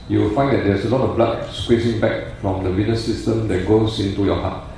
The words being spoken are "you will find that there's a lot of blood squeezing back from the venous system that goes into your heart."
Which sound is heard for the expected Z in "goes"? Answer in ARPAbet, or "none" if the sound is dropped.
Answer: S